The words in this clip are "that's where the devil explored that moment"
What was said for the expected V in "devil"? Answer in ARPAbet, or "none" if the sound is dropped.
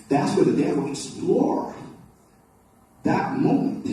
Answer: W